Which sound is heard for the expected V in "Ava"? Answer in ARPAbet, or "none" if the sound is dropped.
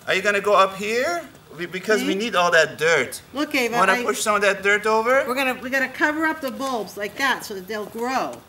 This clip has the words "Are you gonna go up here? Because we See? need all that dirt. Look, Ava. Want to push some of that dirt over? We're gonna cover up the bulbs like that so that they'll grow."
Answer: none